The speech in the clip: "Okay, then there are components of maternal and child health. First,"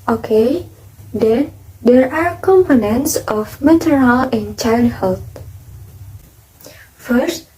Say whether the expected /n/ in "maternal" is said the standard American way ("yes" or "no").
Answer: no